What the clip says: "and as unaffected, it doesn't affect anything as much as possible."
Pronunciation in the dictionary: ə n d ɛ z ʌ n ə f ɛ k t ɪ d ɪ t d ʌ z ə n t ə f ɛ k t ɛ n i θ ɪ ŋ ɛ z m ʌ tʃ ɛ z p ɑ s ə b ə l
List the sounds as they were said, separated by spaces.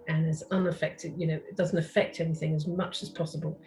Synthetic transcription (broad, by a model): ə n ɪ z ʌ n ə f ɛ k t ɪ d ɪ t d ʌ z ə n t ə f ɛ k t ɛ n i θ ɪ ŋ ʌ z m ʌ tʃ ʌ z p ɑ s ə b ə l